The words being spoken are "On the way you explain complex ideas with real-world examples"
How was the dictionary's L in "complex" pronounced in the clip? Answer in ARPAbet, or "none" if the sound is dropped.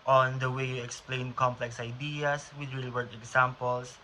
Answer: L